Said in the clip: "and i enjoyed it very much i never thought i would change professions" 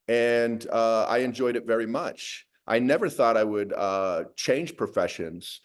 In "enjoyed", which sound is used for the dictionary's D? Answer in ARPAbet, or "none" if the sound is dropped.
D